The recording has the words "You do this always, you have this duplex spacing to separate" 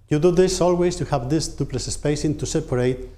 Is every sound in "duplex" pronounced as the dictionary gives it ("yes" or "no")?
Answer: no